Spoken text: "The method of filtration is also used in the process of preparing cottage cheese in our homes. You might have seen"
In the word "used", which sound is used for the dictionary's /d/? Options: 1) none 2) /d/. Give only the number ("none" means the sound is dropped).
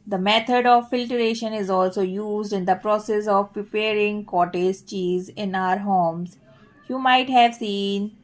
2